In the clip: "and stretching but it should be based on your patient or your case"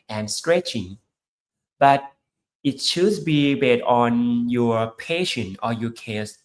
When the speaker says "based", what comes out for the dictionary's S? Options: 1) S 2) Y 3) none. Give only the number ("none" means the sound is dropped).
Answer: 3